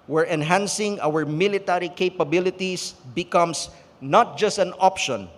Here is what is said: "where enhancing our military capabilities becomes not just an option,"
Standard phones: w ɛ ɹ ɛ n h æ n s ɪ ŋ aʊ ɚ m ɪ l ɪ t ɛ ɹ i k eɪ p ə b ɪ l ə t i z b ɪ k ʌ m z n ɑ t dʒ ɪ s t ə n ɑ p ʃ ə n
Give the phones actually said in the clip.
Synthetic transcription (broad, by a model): w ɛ ɹ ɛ n h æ n s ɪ ŋ aʊ ɚ m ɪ l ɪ t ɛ ɹ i k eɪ p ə b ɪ l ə t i s b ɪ k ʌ m s n ɑ t dʒ ɪ s t ə n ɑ p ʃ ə n